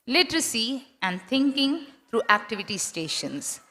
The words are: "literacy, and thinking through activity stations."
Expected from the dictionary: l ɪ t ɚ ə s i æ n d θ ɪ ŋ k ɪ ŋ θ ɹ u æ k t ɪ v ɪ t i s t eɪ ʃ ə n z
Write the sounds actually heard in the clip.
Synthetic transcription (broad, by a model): l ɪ t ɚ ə s i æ n d t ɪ ŋ k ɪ ŋ t ɹ u æ k t ɪ v ɪ t i s t eɪ ʃ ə n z